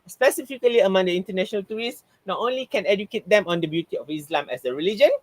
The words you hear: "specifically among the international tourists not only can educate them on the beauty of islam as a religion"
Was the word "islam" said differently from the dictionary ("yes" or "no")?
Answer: no